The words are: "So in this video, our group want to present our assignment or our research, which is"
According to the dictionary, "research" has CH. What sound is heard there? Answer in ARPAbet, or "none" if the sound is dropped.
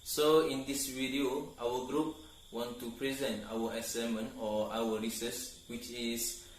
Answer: S